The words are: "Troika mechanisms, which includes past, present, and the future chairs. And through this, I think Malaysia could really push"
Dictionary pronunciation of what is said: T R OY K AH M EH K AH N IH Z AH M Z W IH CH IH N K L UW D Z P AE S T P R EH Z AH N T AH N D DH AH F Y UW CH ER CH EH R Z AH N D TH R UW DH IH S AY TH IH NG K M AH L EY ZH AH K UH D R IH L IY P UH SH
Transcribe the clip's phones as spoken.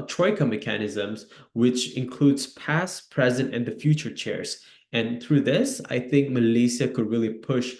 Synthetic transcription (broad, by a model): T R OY K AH M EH K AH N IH Z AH M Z W IH CH IH N K L UW D Z P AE S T P R EH Z AH N T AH N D DH AH F Y UW CH ER CH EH R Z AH N TH R UW DH IH S AY TH IH NG K M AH L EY S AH K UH D R IH L IY P UH SH